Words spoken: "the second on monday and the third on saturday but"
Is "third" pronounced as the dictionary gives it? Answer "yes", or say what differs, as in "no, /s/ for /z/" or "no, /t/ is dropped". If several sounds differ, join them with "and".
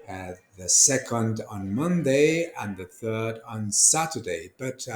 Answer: yes